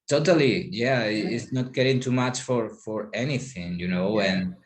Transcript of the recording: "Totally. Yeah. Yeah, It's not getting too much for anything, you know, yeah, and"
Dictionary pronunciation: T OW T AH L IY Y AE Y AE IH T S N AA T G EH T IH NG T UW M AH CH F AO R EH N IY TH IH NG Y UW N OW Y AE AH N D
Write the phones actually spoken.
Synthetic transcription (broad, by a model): T OW T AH L IY Y AE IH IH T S N AA T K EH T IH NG T UW M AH CH F AO R EH N IY TH IH NG Y UW N OW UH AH N